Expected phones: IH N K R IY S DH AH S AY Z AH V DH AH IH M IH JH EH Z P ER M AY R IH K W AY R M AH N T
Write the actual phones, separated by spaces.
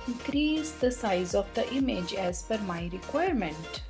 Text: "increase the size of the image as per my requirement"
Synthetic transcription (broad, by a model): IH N K R IY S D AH S AY Z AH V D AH IH M IH JH EH Z F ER M AY R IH K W AY R M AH N T